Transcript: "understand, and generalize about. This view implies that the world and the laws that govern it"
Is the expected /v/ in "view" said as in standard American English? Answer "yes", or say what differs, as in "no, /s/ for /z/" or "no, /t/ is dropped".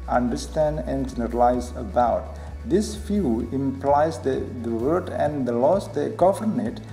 no, /f/ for /v/